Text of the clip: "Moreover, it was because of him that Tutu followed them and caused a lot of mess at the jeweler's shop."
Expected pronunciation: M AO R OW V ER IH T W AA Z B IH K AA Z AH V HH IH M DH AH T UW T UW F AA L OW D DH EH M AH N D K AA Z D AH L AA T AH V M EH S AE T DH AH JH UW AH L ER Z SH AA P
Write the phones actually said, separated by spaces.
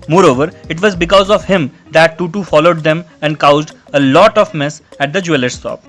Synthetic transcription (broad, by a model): M AO R OW V ER IH T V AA Z B IH K AA Z AH V HH IH M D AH T UW T UW F AA L OW D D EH M AH N D K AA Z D AH L AA T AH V M EH S AE T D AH JH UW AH L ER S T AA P